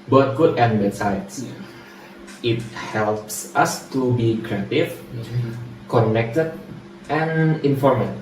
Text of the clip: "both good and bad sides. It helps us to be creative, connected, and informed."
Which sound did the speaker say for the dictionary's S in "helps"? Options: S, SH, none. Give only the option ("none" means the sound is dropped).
S